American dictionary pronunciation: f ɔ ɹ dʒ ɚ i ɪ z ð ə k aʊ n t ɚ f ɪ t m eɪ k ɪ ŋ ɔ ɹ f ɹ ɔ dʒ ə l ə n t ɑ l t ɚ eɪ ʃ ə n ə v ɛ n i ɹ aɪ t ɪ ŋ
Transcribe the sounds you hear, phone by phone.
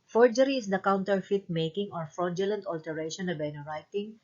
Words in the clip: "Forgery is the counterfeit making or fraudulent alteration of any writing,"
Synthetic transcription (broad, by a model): f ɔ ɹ dʒ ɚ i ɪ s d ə k aʊ n t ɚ f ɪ t m eɪ k ɪ ŋ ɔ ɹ f ɹ ɔ dʒ ə l ə n t ɑ l t ɚ eɪ ʃ ə n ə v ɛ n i ɹ aɪ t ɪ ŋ